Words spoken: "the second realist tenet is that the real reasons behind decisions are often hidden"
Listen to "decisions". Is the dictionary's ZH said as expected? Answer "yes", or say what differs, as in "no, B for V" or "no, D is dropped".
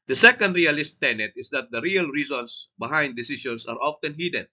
no, S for ZH